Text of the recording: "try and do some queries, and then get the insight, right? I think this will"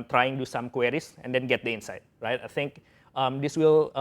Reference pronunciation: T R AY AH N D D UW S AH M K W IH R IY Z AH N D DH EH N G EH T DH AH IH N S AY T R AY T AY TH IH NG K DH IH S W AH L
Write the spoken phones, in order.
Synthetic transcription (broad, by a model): T R AY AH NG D D UW S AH M K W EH R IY S AH N D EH N G EH T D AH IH N S AY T R AY T AY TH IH NG K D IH S W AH L